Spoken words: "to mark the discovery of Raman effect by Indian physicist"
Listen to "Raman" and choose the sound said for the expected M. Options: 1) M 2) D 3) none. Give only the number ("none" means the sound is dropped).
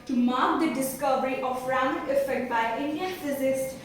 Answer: 3